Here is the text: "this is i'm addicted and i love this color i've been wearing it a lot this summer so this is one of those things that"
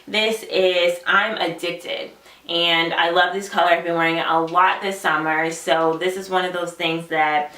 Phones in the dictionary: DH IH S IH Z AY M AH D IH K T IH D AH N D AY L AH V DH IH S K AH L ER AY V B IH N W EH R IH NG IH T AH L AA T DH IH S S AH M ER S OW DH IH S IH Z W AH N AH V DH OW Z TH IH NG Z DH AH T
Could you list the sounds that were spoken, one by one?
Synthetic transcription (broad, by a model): DH IH S IH Z AY M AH D IH K T IH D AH N AY L AH V DH IH S K AH L ER AY V B IH N W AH R IH NG IH T AH L AA T DH IH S S AH M ER S OW DH IH S IH Z W AH N AH V DH OW Z TH IH NG Z DH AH T